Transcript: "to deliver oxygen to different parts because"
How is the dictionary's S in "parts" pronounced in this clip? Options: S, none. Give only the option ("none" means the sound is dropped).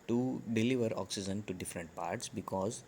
S